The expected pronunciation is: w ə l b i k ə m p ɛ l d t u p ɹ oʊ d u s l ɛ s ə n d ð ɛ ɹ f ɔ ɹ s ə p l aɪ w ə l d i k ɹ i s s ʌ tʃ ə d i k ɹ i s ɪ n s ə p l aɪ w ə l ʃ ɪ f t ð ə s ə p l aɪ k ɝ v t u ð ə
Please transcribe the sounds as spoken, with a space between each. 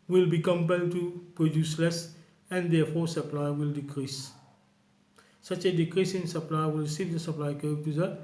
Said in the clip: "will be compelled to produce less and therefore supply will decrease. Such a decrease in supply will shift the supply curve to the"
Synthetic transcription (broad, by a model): w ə l b i k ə m p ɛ l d t u p ɹ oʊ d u s l ɛ s ə n d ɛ f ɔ s ə p l aɪ w ə l d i k ɹ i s s ʌ tʃ ə d i k ɹ i s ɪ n s ə p l aɪ w ə l s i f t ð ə s ə p l aɪ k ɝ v t u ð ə